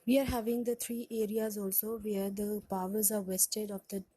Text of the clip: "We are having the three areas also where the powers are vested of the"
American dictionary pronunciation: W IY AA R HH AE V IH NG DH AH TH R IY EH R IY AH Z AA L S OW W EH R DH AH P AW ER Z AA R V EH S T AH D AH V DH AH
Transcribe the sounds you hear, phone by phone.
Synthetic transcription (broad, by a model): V IY AA R HH AE V IH NG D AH T R IY EH R IY AH Z AA L S OW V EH R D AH P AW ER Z AA R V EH S T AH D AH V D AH